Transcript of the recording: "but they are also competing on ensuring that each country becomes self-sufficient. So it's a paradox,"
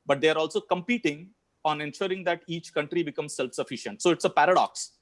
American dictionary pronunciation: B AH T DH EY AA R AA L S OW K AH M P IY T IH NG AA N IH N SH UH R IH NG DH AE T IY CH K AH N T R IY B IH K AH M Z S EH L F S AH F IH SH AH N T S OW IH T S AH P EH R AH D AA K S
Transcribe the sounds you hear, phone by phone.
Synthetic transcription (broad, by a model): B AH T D EY AA R AA L S OW K AH M P IY T IH NG AA N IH N SH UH R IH NG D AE T IY CH K AH N T R IY B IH K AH M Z S EH L F S AH F IH SH AH N T S OW IH T S AH P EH R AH D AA K S